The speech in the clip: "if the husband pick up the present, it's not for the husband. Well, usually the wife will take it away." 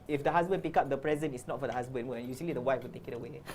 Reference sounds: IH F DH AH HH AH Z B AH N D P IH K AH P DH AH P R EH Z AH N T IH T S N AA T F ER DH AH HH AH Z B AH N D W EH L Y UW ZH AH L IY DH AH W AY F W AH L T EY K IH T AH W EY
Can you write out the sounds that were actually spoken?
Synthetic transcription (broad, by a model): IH F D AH HH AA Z B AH N P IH K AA P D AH P R EH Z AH N IH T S N AA T F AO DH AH HH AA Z B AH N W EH N Y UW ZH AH L IY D AH W AY F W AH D T EY K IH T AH W EY